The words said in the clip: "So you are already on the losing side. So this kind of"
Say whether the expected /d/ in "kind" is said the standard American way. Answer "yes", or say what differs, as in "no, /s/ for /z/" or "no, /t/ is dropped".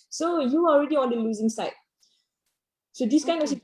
no, /d/ is dropped